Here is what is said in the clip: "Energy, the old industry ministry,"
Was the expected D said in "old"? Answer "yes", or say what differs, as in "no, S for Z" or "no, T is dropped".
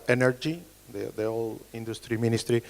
no, D is dropped